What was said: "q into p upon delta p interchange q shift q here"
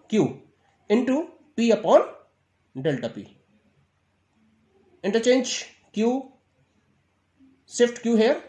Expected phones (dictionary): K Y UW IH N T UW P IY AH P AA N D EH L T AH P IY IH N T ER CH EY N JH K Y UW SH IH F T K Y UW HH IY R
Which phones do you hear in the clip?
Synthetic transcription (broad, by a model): K Y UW IH N T UW P IY AH P AA N D EH L T AH P IY IH N T ER CH EY N JH K Y UW S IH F T K Y UW HH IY R